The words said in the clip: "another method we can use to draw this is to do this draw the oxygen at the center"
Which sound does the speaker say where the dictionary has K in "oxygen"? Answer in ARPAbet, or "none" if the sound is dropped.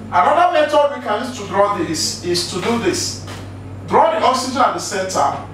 none